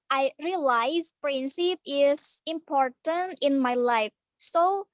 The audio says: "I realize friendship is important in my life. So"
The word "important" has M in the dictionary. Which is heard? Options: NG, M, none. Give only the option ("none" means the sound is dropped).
M